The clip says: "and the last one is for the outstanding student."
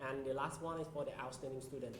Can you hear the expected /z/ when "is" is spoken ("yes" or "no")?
no